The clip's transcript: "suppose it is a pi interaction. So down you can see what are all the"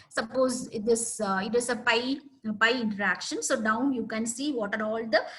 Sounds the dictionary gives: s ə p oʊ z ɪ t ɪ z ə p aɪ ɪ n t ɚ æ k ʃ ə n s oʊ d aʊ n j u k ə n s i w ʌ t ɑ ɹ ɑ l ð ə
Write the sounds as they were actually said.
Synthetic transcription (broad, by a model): s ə p oʊ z ɪ t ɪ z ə p aɪ ɪ n t ɚ æ k ʃ ə n s oʊ d aʊ n j u k ə n s i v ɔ t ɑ ɹ ɑ l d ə